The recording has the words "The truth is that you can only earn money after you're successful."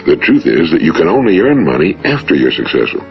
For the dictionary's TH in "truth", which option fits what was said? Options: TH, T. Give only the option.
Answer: TH